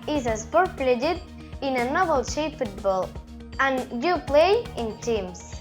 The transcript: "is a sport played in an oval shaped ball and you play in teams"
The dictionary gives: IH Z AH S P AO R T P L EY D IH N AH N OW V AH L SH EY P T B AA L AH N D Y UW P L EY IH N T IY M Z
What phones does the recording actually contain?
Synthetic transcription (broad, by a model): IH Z AH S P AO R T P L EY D IH N AH N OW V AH L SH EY F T B AA L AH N Y UW P L EY IH N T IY M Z